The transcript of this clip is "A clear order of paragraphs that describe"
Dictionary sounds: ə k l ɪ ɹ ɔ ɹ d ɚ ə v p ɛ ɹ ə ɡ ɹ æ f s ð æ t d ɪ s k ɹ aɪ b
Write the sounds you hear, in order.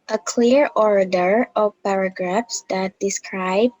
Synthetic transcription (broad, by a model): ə k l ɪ ɹ ɔ ɹ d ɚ ə v p ɛ ɹ ə ɡ ɹ æ f s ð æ t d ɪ s k ɹ aɪ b